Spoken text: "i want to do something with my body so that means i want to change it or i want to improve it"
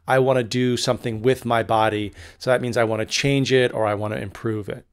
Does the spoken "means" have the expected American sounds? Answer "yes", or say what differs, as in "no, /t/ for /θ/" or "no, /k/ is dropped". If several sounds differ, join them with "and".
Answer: yes